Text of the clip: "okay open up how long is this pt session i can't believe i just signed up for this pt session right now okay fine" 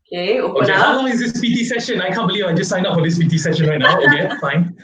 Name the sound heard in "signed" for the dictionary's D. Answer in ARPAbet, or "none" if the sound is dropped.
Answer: none